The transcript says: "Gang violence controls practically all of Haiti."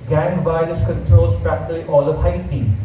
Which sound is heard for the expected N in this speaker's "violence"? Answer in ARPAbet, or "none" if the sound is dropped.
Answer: none